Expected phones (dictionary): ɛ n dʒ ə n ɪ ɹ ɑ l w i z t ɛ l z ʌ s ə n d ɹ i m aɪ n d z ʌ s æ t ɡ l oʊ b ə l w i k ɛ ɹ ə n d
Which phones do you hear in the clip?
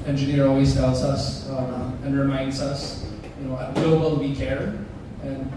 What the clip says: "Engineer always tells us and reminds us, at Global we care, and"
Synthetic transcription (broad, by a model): ɛ n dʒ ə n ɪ ɹ ɑ l w i z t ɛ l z ʌ s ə n ɹ i m aɪ n d z ʌ s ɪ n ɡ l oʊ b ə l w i k ɛ ɹ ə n